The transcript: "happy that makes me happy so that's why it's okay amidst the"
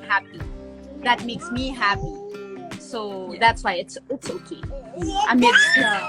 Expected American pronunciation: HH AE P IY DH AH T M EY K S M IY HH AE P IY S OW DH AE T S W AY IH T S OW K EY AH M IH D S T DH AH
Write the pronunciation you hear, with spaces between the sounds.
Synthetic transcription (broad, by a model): HH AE P IY DH AH T M EY K S M IY HH AE P IY S OW DH AE T S W AY IH T S OW K EY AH IH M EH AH